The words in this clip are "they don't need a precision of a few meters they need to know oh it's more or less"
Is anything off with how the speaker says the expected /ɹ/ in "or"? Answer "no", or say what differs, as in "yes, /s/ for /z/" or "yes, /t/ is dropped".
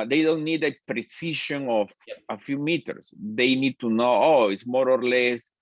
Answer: no